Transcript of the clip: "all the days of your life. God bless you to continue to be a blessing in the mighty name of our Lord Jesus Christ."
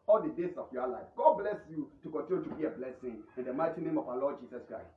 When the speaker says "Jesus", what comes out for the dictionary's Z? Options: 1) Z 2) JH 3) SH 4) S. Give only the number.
4